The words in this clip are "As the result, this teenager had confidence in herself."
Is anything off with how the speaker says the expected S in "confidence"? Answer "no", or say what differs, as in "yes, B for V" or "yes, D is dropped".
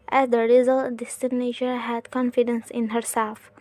no